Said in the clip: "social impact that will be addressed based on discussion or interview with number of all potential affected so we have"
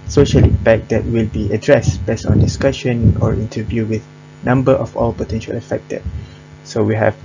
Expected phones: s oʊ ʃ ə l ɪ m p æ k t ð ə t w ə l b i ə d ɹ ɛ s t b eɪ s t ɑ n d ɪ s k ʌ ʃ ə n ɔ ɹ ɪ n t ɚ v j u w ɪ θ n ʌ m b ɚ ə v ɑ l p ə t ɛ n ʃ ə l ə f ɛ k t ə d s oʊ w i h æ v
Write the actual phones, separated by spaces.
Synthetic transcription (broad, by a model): s oʊ ʃ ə l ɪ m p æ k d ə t w ə l b i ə d ɹ ɛ s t b eɪ s t ɑ n d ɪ s k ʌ ʃ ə n ɔ ɹ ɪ n t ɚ v j u w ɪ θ n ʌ m b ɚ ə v ɑ l p ə t ɛ n ʃ ə l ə f ɛ k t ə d s oʊ w i h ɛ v